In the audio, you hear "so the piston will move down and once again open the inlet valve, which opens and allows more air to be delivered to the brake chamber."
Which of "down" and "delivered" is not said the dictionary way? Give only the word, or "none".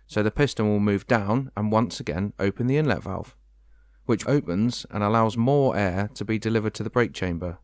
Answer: none